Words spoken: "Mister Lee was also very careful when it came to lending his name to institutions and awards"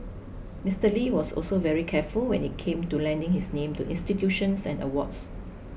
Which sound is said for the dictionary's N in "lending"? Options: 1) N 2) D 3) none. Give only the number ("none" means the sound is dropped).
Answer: 1